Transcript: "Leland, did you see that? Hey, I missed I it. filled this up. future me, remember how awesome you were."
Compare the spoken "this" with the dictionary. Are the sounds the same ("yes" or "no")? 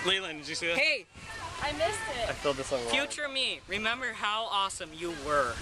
yes